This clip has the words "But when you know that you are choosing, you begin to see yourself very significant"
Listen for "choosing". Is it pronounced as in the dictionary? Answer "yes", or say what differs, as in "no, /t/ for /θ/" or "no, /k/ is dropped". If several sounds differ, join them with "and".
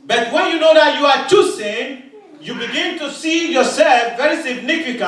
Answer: no, /s/ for /z/